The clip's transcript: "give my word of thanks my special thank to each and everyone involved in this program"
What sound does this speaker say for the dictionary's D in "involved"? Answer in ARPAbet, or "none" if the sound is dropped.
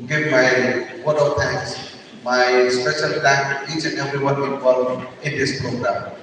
none